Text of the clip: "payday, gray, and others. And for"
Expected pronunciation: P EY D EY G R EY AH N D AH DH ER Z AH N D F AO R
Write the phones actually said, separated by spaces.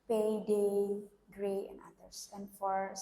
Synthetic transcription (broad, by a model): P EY D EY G R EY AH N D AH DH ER S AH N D F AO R